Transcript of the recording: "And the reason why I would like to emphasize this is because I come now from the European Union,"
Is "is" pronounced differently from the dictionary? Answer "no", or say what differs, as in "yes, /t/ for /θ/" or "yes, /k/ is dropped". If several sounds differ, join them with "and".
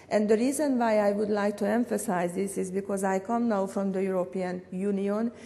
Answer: no